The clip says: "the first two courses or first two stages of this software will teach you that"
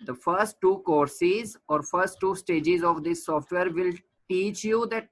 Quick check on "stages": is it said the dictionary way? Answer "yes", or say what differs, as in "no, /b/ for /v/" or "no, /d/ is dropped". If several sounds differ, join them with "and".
yes